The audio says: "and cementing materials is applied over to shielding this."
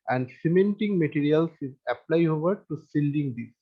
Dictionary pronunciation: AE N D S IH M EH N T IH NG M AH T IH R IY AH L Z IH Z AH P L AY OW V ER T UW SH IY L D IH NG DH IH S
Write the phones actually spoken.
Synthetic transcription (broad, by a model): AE N D S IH M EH N T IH NG M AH T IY R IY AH L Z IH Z AH P L AY OW V ER T UW S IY L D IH NG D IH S